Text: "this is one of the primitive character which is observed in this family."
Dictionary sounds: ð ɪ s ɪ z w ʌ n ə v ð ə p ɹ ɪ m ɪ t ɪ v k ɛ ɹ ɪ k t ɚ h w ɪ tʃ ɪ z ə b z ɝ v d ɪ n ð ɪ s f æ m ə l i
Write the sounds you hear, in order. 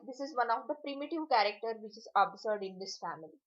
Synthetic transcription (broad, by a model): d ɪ s ɪ z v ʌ n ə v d ə p ɹ ɪ m ɪ t ɪ v k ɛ ɹ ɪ k t ɚ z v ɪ tʃ ɪ z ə b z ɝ d ɪ n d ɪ s f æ m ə l i